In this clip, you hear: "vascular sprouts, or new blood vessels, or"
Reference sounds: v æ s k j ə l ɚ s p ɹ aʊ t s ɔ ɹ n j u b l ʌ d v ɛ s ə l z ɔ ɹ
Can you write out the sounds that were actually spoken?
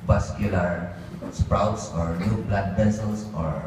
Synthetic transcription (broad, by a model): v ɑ s k j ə l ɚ s p ɹ aʊ t s ɔ ɹ n j u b l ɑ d p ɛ s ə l s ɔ ɹ